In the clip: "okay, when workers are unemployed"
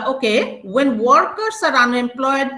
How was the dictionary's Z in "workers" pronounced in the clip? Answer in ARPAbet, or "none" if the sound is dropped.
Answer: S